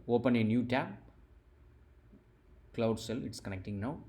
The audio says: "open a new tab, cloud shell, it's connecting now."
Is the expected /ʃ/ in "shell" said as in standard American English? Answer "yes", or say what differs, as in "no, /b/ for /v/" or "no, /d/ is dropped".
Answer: no, /s/ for /ʃ/